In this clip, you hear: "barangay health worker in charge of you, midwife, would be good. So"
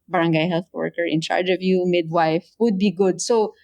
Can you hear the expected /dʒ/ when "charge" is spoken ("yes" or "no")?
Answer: yes